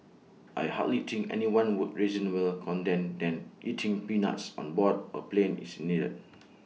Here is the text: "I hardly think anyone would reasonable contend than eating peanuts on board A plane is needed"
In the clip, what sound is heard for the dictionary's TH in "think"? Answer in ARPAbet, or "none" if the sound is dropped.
T